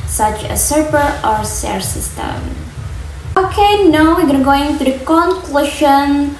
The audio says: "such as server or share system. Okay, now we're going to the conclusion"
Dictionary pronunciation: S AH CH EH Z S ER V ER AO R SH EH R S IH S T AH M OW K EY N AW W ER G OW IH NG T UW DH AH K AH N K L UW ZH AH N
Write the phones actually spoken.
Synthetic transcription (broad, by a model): S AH CH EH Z S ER P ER AO R S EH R S IH S T AH M OW K EY N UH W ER G OW IH NG T UW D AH K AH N K L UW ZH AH N